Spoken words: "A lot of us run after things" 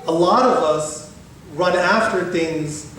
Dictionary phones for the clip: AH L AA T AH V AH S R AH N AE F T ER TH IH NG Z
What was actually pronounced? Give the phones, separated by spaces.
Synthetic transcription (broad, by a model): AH L AA T AH V AH S R AH N AE F T ER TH IH NG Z